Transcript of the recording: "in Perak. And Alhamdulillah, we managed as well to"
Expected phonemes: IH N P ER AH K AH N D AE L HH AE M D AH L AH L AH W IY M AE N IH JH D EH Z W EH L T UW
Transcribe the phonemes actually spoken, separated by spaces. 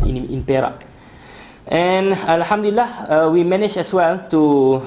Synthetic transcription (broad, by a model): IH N P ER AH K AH N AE L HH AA M D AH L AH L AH W IY M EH N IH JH EH S W EH L T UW